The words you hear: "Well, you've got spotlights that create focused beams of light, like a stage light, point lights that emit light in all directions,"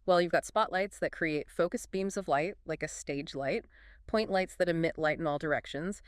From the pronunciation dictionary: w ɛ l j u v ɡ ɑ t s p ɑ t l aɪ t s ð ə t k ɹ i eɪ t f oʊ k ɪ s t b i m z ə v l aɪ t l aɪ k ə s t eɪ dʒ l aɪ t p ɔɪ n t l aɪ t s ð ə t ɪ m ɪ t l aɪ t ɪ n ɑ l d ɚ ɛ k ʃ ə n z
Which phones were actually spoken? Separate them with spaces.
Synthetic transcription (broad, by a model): w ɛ l j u v ɡ ɑ t s p ɑ t l aɪ t s ð ə t k ɹ i eɪ t f oʊ k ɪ s b i m z ə v l aɪ t l aɪ k ə s t eɪ dʒ l aɪ t p ɔɪ n t l aɪ t s ð ə t ɪ m ɪ t l aɪ t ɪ n ɑ l d ɚ ɛ k ʃ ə n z